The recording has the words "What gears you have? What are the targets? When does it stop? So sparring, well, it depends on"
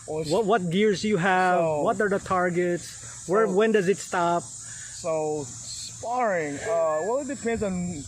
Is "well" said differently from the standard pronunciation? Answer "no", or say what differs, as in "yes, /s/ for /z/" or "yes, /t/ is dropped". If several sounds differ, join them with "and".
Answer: yes, /w/ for /l/